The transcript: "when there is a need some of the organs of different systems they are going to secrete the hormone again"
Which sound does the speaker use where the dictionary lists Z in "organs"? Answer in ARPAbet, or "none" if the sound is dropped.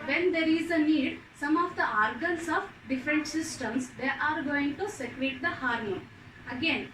S